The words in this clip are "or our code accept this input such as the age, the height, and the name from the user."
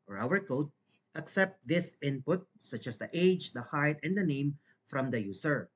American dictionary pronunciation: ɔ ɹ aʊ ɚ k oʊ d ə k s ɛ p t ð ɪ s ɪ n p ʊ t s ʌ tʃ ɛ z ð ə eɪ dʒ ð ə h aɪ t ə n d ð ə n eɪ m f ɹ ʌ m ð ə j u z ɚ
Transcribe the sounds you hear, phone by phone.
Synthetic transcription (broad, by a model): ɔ ɹ aʊ ɚ k oʊ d ə k s ɛ p t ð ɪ s ɪ n p ʊ t s ʌ tʃ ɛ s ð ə eɪ dʒ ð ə h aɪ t ə n d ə n eɪ m f ɹ ʌ m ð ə j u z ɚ